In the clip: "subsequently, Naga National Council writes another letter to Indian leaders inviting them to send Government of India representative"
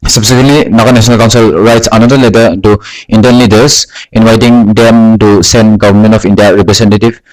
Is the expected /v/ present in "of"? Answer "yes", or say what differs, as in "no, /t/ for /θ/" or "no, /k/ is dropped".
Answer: no, /p/ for /v/